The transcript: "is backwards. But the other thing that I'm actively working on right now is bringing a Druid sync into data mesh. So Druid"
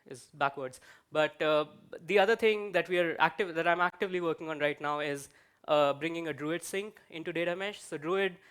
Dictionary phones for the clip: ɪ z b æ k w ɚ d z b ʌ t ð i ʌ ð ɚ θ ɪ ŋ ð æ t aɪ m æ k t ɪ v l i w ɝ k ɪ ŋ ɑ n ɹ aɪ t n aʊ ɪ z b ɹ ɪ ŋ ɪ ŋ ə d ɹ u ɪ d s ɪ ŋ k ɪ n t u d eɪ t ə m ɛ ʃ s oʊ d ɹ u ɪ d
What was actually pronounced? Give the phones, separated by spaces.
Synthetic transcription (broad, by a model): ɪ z b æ k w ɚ d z b ʌ t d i ʌ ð ɚ t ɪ ŋ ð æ t aɪ m æ k t ɪ v l i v ɝ k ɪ ŋ ɑ n ɹ aɪ t n aʊ ɪ z b ɹ ɪ ŋ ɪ ŋ ə d ɹ u ɪ d s ɪ ŋ k ɪ n t u d eɪ t ə m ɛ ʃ s oʊ d ɹ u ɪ d